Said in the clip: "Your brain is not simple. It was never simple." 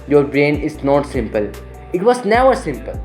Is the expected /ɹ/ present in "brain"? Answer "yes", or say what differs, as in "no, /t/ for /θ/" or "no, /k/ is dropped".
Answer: yes